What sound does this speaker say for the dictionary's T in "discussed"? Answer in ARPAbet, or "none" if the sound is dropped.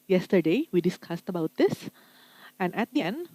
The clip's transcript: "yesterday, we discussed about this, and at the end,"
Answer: T